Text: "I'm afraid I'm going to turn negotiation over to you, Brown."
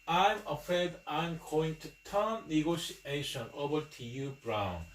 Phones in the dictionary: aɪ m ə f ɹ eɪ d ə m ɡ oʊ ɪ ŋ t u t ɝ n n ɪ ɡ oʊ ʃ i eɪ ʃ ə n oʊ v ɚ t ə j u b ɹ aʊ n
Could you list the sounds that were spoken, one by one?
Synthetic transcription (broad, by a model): aɪ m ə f eɪ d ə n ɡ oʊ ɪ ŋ t u t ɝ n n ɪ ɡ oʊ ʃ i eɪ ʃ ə n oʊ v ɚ t ə j u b ɹ aʊ n